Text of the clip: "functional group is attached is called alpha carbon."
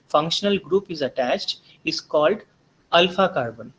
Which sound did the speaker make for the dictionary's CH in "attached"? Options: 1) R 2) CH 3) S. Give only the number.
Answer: 2